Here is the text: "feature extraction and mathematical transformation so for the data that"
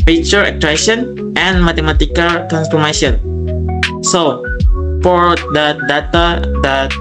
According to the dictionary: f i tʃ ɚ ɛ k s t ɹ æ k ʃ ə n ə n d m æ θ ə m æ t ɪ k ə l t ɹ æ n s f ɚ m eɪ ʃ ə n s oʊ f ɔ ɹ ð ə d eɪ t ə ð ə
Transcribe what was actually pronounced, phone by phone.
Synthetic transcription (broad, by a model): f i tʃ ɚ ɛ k t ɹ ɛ ʃ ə n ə n m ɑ t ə m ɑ t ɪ k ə l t ɹ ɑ n s f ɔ m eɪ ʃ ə n s oʊ f ɔ ɹ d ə d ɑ t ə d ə